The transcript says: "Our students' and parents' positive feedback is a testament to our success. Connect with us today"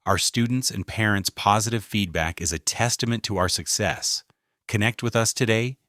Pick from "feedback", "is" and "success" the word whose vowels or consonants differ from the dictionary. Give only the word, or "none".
none